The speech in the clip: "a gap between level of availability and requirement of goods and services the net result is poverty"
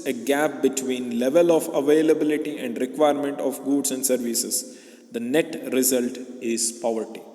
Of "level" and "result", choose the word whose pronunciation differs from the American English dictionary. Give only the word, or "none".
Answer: none